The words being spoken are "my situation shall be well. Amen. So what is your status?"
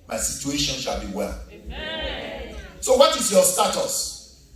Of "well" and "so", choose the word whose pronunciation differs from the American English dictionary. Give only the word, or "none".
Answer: none